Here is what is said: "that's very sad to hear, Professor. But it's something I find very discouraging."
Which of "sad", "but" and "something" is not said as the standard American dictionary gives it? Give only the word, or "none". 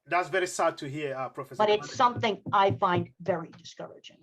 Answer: none